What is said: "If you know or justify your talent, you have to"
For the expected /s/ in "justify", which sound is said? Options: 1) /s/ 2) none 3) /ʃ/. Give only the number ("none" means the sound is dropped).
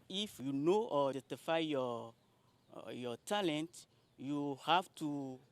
2